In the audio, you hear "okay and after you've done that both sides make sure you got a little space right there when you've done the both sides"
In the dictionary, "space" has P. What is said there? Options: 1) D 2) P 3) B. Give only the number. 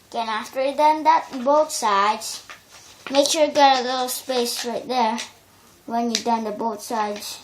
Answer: 2